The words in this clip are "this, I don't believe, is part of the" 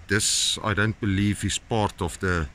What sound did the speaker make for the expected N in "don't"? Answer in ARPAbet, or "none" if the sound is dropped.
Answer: N